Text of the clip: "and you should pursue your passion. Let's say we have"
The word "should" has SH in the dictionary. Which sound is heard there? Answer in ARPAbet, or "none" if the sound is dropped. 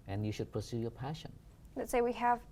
SH